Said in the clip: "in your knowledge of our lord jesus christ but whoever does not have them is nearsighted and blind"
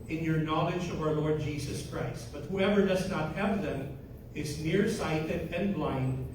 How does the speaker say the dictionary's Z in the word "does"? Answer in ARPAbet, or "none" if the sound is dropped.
Z